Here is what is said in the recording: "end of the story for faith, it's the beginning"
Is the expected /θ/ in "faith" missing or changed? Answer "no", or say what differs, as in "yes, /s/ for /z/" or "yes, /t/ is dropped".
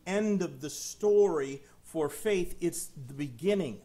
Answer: no